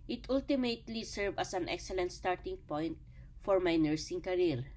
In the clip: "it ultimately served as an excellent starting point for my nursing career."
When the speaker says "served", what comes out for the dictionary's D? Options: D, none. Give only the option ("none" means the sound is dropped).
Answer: none